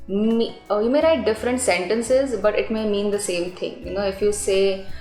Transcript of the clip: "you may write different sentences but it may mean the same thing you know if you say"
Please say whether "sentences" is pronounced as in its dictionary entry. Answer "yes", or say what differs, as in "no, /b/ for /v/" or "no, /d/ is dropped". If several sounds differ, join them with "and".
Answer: yes